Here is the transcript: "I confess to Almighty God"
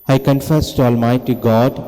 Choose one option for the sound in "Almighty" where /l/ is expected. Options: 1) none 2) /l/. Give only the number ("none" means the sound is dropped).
2